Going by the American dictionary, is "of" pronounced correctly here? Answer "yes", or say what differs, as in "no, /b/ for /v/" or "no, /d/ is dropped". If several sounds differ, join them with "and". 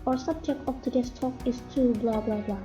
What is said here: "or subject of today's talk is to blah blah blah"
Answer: no, /p/ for /v/